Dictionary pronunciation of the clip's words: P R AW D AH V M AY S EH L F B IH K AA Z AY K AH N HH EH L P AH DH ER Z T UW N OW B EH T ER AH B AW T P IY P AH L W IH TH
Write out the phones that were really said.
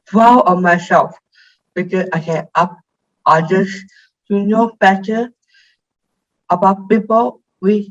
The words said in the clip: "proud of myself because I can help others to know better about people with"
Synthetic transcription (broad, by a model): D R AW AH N M AY S EH L F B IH K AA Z AY K AH N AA P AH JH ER S T UW N OW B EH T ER AH B AW T P IY P AH L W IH